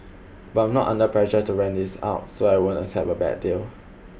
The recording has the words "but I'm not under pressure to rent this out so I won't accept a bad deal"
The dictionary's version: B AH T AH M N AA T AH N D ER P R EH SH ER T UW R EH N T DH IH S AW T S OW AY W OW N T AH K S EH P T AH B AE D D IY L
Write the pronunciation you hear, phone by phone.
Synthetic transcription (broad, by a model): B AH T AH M N AA T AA N D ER P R EH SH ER T UW R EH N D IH S AW T S OW AY W OW N T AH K S EH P AH B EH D D IY L